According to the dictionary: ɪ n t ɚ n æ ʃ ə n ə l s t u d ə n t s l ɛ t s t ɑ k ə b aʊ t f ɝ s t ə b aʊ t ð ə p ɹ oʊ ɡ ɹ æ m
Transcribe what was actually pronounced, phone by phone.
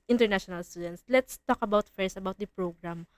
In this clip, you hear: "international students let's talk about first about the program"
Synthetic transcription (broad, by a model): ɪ n t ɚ n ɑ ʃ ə n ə l s t u d ə n t s l ɛ t s t ɑ k ə b aʊ t f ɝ s ə b aʊ t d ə p ɹ oʊ ɡ ɹ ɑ m